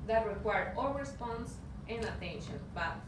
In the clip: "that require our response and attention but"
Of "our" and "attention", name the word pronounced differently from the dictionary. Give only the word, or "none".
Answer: our